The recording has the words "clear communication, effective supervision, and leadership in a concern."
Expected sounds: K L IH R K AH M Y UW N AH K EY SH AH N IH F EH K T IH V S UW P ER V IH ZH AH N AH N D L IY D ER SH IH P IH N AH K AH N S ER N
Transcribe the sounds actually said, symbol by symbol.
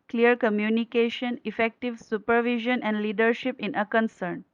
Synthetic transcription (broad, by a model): K L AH R K AH M Y UW N AH K EY SH AH N IH F EH K T IH V S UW P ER V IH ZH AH N AH N D L IY D ER SH IH P IH N AH K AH N S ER N